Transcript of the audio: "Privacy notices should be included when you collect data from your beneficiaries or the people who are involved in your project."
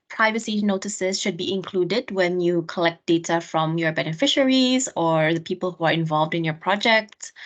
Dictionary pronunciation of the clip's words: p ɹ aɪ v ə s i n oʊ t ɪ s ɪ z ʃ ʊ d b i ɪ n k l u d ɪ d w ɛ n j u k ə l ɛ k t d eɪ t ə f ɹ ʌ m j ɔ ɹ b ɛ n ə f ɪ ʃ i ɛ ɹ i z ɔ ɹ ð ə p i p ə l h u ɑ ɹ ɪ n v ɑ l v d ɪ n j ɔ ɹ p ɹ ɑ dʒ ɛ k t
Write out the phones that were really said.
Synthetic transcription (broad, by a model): p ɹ aɪ v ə s i n oʊ t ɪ s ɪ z ʃ ʊ d b i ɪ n k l u d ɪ d w ɛ n j u k ə l ɛ k t d eɪ t ə f ɹ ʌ m j ɔ ɹ b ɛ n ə f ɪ ʃ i ɹ i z ɔ ɹ ð ə p i p ə l h u ɑ ɹ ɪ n v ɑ l v d ɪ n j ɔ ɹ p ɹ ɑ dʒ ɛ k t